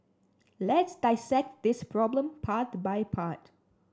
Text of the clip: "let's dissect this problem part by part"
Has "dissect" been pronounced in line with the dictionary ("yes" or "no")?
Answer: yes